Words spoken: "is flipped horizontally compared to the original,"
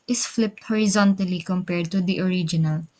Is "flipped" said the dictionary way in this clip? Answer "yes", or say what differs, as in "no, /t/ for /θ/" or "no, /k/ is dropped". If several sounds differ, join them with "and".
yes